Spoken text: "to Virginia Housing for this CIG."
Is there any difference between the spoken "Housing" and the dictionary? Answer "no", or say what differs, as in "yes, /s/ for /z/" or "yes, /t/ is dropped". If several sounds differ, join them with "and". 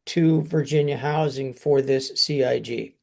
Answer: no